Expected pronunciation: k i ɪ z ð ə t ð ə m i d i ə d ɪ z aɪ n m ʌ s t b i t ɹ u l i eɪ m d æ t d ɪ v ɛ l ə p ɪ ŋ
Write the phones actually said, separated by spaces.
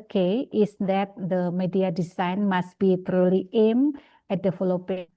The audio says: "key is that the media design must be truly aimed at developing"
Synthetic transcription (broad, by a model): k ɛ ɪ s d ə t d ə m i d i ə d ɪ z aɪ n m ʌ s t b i t ɹ u l i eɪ m ɛ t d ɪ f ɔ l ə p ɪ